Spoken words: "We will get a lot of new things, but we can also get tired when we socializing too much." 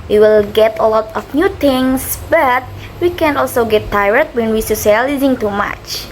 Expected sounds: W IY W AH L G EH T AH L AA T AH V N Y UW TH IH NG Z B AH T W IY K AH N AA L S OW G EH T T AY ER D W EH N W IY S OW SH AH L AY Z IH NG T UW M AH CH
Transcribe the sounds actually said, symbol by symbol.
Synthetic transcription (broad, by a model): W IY W AH L G EH T AH L AA T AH F N Y UW T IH NG S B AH T W IY K AH N AA L S OW G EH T T AY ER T W EH N W IY S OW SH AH L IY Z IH NG T UW M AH CH